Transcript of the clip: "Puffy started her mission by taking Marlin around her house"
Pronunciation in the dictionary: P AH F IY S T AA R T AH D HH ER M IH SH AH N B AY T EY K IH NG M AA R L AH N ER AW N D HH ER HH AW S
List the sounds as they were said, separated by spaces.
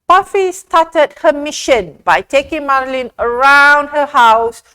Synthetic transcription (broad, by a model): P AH F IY S T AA T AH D HH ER M IH SH AH N B AY T EY K IH NG M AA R L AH N ER AW N D HH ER HH AW S